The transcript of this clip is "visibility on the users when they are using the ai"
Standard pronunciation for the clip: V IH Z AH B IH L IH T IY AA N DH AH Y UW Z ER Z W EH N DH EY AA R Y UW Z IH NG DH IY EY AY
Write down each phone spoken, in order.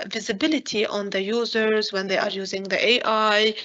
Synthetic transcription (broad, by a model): V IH Z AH B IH L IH T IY AA N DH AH Y UW Z ER Z W EH N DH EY AA R Y UW Z IH NG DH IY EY AY